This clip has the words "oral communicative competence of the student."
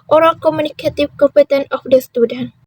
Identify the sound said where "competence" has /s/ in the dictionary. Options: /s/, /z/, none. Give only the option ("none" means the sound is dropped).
none